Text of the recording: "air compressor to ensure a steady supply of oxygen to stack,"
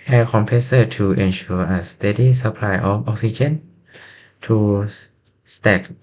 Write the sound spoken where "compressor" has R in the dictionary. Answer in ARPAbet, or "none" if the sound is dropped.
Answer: none